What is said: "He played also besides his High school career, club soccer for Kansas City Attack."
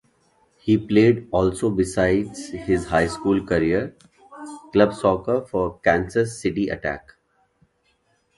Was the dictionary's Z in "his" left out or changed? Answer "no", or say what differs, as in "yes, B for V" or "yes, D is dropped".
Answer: no